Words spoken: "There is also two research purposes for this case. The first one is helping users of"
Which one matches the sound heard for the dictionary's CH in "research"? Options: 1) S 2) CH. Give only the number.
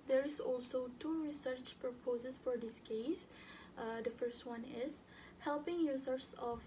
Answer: 2